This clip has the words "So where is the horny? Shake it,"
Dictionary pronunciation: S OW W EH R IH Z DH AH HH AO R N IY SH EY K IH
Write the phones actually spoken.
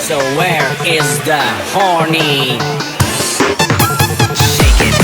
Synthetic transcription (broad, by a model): S OW W EH R IH Z DH AH HH AO R N IY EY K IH